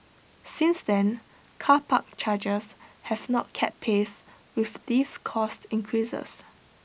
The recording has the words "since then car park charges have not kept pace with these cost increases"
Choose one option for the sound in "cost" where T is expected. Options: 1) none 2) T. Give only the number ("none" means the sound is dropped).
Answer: 2